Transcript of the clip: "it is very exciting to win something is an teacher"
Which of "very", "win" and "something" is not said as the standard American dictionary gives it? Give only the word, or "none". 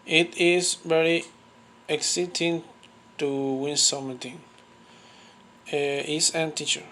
something